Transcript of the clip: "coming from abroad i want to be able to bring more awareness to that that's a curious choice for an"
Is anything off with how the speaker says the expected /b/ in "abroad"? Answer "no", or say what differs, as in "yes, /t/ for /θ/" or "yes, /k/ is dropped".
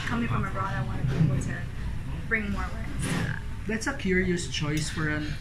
yes, /b/ is dropped